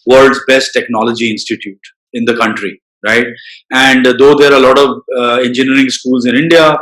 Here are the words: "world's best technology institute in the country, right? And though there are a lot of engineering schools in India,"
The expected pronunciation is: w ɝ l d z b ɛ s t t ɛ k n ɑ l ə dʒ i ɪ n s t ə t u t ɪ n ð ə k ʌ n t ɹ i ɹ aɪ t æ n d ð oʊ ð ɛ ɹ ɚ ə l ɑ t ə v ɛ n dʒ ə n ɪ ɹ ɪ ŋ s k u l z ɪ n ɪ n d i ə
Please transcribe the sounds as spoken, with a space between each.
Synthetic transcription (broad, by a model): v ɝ l d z b ɛ s t t ɛ k n ɑ l ə dʒ i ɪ n s t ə t u t ɪ n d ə k ʌ n t ɹ i ɹ aɪ t æ n d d oʊ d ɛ ɹ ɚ ə l ɑ t ə v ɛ n dʒ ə n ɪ ɹ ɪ ŋ s k u l z ɪ n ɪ n d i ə